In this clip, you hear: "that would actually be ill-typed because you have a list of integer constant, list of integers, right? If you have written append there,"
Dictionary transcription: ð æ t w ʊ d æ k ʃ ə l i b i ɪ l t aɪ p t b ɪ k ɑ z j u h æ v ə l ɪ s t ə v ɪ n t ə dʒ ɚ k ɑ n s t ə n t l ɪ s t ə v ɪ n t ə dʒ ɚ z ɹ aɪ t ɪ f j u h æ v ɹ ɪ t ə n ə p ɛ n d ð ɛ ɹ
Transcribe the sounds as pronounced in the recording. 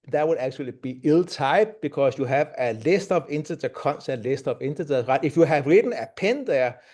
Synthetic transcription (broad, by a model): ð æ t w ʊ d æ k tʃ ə l i b i ɪ l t aɪ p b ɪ k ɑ s j u h æ v ə l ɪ s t ə v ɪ n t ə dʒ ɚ k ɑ n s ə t l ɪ s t ə v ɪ n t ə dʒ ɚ ɹ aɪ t ɪ f j u h æ v ɹ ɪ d n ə p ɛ n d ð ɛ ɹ